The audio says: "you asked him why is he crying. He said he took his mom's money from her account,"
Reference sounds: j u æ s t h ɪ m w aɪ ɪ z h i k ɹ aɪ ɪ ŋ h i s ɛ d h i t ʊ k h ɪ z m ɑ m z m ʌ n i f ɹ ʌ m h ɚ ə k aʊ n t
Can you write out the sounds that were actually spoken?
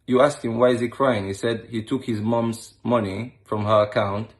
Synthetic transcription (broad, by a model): j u æ s t h ɪ m w aɪ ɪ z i k ɹ aɪ ɪ ŋ h i s ɛ d h i t ʊ k h ɪ z m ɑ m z m ʌ n i f ɹ ʌ m h ɚ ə k aʊ n t